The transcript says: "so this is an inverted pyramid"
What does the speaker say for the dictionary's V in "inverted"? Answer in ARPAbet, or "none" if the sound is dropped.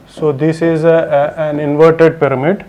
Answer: V